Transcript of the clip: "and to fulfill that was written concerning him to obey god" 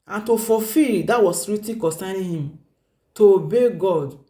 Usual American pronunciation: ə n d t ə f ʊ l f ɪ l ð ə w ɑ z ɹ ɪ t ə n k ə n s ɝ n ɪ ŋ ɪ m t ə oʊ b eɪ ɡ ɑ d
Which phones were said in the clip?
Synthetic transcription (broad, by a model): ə n t ə f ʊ f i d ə w ɑ s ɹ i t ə k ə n s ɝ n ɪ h ɪ m t ə oʊ b eɪ ɡ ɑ d